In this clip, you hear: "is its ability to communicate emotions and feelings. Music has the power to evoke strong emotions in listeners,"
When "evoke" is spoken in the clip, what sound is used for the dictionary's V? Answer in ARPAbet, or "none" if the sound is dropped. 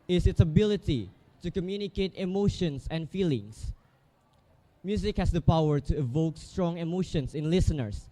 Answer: V